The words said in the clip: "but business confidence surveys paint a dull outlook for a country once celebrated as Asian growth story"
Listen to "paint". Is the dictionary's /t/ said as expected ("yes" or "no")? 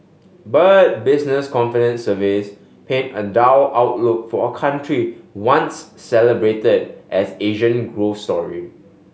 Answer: no